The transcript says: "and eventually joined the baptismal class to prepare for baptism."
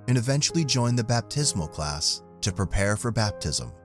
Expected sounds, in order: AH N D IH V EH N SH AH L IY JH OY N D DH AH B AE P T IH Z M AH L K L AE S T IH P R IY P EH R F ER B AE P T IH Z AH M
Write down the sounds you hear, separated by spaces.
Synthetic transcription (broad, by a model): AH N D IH V EH N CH L IY JH OY N DH AH B AE P T IH Z M AH L K L AE S T IH P R IY P EH R F ER B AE P T IH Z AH M